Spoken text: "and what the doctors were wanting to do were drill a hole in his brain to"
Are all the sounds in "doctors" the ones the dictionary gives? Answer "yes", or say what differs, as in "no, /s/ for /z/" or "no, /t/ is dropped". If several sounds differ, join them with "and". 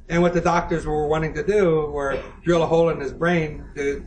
yes